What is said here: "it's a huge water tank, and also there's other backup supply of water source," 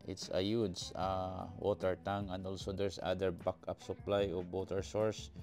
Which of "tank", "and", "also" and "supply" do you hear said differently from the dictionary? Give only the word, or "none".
tank